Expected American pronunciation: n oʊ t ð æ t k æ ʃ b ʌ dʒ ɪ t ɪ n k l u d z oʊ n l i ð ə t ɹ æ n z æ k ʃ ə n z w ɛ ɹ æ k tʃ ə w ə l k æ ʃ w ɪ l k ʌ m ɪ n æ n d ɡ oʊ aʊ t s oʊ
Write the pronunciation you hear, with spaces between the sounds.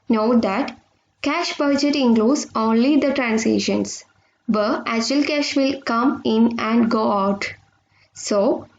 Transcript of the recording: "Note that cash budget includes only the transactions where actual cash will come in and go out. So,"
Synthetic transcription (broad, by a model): n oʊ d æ t k æ ʃ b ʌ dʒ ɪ t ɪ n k l u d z oʊ n l i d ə t ɹ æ n s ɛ ʃ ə n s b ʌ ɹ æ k tʃ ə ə l k æ ʃ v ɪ l k ʌ m ɪ n æ n d ɡ oʊ aʊ t s oʊ